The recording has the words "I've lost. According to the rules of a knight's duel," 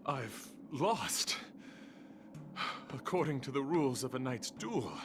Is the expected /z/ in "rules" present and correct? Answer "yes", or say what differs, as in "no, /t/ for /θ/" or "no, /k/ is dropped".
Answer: yes